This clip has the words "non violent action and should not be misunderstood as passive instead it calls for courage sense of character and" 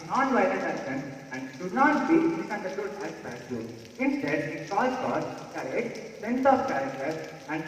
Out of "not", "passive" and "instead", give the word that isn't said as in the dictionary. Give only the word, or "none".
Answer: passive